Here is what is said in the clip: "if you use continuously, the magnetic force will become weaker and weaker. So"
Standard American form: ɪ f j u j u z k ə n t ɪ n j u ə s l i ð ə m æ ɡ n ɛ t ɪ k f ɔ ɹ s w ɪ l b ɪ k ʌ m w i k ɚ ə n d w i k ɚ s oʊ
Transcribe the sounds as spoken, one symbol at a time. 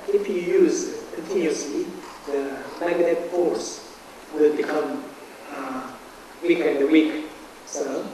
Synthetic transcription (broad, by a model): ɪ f j u j u z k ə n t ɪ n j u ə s l i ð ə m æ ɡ ɛ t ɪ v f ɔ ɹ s w ɪ l b ɪ k ʌ m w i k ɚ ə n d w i k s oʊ